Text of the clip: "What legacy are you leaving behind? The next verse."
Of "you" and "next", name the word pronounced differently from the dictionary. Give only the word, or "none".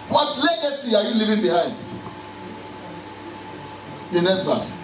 next